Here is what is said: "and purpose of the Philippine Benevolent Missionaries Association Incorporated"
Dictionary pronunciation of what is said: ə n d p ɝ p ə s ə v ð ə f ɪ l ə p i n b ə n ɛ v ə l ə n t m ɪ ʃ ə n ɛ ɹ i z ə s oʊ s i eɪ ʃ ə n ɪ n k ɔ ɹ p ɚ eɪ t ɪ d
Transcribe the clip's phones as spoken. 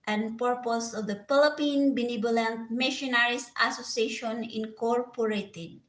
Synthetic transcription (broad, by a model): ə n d p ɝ p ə s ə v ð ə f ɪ l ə p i n b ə n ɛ b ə l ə n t m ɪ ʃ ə n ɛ ɹ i s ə s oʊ s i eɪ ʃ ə n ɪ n k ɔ ɹ p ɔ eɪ t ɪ d